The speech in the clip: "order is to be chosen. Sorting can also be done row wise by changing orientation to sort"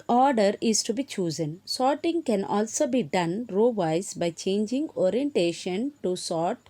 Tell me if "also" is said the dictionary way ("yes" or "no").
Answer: yes